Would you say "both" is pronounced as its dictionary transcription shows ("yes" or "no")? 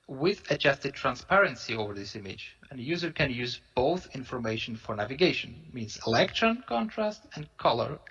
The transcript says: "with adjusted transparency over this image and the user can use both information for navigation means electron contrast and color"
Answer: yes